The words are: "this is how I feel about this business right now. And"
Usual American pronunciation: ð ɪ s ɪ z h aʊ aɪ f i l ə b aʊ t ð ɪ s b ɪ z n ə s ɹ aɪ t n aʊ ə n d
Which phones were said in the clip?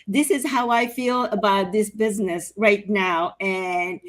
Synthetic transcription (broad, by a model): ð ɪ s ɪ z h aʊ aɪ f i l ə b aʊ t ð ɪ s b ɪ z n ə s ɹ aɪ t n aʊ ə n